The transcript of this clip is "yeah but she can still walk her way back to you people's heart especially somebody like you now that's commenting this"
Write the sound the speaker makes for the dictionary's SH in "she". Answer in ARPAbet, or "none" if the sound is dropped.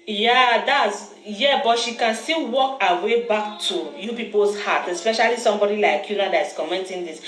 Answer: SH